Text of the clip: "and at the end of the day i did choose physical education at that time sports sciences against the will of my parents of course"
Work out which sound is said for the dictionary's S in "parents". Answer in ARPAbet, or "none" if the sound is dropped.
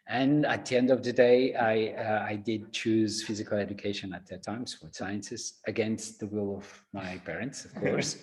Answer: S